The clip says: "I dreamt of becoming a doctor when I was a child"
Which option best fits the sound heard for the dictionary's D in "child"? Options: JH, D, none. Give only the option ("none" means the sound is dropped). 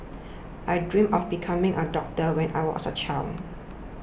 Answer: none